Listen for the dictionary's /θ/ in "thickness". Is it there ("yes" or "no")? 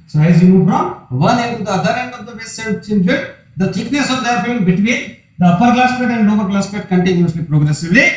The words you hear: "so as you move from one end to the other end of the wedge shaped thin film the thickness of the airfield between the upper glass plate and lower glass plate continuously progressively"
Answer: no